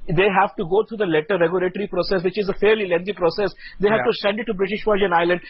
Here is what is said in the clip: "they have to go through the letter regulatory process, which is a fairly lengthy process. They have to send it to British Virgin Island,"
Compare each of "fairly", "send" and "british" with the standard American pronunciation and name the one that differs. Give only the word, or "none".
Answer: none